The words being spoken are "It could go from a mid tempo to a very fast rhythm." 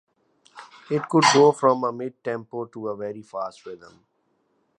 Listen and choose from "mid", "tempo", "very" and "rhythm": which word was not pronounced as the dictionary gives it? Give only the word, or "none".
rhythm